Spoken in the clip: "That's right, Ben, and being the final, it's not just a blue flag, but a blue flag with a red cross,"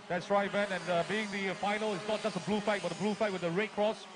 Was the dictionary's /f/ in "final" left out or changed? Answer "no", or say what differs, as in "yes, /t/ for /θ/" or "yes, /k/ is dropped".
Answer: no